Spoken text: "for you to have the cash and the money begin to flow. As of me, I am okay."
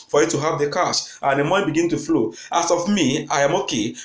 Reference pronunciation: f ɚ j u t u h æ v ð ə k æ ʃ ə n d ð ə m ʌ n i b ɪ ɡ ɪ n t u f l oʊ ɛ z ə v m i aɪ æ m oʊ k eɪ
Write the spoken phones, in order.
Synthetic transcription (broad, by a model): f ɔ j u t u h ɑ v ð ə k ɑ s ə n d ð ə m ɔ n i b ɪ ɡ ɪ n t u f l oʊ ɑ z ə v m i aɪ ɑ m oʊ k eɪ